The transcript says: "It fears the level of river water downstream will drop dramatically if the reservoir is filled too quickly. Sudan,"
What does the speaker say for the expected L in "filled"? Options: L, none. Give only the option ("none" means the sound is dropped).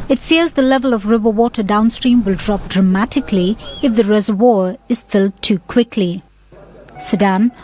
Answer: L